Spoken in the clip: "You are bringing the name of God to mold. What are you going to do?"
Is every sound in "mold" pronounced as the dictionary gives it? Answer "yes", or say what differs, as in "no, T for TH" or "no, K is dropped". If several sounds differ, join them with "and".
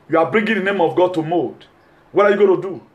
no, L is dropped